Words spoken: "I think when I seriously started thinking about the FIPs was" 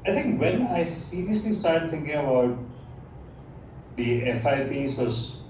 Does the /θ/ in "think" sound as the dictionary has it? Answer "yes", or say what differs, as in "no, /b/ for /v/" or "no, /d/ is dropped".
no, /t/ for /θ/